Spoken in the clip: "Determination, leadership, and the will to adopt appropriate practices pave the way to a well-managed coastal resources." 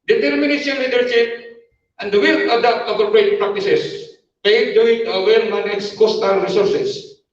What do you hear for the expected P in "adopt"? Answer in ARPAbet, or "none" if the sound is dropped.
none